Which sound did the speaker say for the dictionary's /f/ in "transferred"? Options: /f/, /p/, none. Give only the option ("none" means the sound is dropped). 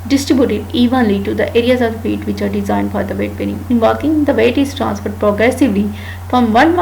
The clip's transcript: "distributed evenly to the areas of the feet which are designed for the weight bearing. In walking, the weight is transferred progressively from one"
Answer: /p/